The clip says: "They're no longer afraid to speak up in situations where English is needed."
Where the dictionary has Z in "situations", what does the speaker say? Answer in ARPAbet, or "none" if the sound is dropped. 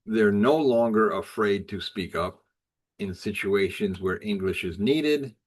Z